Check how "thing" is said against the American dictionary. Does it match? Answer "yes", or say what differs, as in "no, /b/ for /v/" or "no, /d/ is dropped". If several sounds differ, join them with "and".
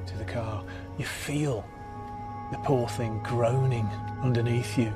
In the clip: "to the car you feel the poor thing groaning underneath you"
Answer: yes